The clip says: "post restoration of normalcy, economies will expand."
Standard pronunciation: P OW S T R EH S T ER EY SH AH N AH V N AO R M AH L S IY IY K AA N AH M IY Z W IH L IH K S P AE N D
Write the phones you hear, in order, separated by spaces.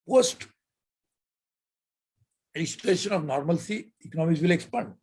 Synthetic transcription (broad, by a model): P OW S T L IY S T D EY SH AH N AH V N AO R M AH L S IY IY K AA N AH M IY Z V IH L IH K S P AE N D